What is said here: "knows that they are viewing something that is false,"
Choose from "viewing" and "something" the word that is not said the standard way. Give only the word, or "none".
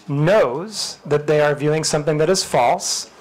none